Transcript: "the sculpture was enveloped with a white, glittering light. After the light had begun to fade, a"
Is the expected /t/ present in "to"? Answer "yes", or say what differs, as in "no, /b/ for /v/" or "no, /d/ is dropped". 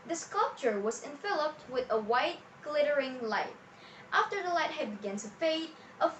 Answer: no, /s/ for /t/